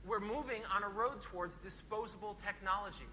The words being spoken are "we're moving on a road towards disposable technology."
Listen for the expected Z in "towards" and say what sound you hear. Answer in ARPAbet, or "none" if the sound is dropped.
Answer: Z